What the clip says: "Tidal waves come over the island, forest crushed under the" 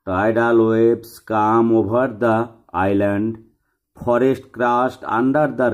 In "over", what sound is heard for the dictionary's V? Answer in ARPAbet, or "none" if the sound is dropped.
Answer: B